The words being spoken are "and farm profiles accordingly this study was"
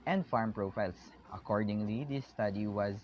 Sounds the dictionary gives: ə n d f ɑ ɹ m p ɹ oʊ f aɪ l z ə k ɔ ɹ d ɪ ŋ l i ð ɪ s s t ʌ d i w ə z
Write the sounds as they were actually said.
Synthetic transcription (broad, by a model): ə n d f ɑ ɹ m p ɹ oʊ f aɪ l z ə k ɔ ɹ d ɪ ŋ l i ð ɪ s s t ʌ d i w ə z